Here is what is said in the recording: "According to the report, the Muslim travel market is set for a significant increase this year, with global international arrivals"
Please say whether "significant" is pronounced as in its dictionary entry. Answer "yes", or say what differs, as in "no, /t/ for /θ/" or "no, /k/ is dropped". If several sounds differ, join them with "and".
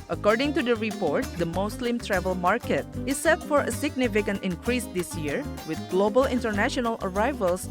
yes